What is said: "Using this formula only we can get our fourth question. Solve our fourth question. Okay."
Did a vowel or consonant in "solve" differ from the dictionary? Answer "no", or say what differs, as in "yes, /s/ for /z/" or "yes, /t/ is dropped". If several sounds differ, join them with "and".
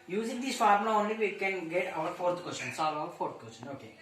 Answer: yes, /v/ is dropped